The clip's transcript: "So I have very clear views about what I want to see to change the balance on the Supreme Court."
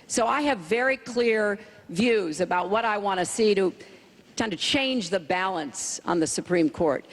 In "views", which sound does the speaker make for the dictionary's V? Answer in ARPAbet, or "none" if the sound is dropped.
V